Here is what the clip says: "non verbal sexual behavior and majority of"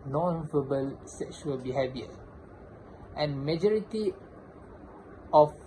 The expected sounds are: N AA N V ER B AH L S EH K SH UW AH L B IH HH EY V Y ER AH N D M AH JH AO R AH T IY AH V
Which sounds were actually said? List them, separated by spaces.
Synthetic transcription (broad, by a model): N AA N F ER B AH L S EH K SH UW AH L B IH HH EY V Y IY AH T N M AH JH AO R AH T IY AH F